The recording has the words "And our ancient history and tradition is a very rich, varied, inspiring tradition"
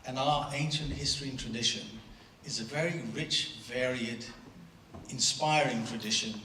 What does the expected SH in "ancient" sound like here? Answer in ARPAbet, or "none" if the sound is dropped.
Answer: SH